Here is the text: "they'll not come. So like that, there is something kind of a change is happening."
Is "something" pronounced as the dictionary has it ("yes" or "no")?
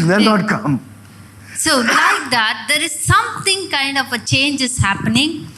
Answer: no